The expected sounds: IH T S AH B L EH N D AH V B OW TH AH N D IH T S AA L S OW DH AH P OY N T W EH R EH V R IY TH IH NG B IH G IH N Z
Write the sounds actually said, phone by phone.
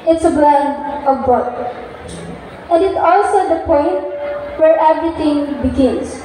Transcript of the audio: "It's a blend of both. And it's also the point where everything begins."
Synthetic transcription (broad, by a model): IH T S AH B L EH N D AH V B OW T AH N D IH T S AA L S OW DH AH P OY N T W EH R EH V R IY T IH NG B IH G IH N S